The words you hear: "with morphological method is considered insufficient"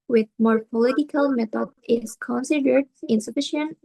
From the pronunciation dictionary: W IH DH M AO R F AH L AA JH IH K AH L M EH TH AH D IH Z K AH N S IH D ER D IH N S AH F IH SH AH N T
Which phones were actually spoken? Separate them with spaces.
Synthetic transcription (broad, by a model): W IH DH M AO R P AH L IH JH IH K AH L M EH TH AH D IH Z K AH N S IH D ER D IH N S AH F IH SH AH N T